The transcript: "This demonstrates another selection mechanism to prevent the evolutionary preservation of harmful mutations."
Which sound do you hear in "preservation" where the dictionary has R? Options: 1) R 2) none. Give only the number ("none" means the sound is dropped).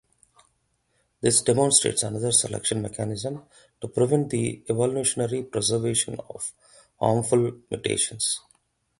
1